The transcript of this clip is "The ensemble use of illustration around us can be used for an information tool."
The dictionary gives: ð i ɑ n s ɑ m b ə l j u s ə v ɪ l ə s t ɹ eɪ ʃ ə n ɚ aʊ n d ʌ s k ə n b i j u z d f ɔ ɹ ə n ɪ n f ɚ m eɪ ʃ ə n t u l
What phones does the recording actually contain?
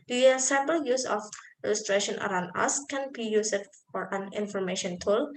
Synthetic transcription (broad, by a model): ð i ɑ s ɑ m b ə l j u s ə f ɪ l ə s t ɹ eɪ ʃ ə n ɚ aʊ n d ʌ s k ə n b i j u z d f ɔ ɹ ə n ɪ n f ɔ m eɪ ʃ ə n t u l